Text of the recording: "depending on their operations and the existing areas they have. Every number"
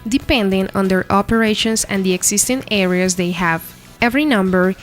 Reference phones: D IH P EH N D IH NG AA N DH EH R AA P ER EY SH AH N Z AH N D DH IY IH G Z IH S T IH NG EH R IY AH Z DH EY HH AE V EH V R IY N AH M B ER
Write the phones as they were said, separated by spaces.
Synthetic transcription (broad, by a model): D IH P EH N D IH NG AA N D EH R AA P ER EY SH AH N S AH N D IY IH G S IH S T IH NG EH R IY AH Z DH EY HH AE V EH V R IY N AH M B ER